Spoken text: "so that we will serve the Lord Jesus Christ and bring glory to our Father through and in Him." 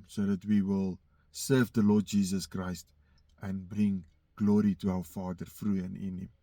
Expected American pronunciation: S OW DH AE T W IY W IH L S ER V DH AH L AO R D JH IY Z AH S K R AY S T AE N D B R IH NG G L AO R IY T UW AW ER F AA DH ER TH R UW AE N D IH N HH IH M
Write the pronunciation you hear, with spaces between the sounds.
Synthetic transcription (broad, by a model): S OW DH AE T W IY W IH L S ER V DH AH L AO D JH IY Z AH S K R AY S T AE N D B R IH NG G L AO R IY T UW AW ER F AA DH ER F R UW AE N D IH N HH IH M